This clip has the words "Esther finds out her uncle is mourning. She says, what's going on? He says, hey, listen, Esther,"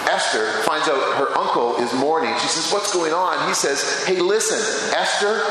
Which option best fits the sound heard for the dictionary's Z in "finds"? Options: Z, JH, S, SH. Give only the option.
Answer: Z